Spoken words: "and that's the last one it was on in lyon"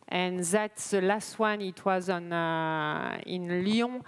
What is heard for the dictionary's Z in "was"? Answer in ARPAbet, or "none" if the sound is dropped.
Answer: Z